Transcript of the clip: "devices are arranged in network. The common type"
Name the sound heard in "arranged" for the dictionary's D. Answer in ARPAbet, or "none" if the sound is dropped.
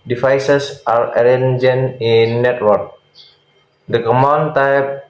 none